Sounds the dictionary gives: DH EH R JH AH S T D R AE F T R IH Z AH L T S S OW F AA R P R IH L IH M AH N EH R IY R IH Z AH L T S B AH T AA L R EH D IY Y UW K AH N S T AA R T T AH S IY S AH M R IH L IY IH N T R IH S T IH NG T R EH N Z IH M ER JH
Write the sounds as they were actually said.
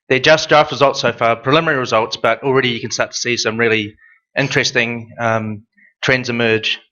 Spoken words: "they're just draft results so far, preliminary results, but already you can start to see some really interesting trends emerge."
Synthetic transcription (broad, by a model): DH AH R JH AH S T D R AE F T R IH Z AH L T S S OW F AA R P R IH L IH M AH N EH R IY R IH Z AH L T S B AH T L R EH D IY Y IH K AH N S T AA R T T AH S IY S AH M R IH L IY IH N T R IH S T IH NG T R EH N Z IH M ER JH